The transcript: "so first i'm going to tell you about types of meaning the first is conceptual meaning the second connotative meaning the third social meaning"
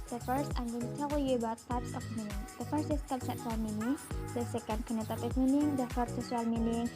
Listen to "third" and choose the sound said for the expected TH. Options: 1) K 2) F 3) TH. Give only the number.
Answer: 2